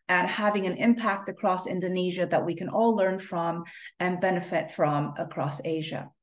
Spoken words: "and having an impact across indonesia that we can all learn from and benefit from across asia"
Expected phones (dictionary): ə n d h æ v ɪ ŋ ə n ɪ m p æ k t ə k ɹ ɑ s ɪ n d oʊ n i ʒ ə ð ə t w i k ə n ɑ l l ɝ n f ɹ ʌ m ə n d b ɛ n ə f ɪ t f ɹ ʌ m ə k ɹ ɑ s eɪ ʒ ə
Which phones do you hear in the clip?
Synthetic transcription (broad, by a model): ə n h æ v ɪ ŋ ə n ɪ m p æ k t ə k ɹ ɑ s ɪ n d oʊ n i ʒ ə ð ə t w i k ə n ɑ l l ɝ n f ɹ ʌ m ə n b ɛ n ə f ɪ t f ɹ ʌ m ə k ɹ ɑ s eɪ ʒ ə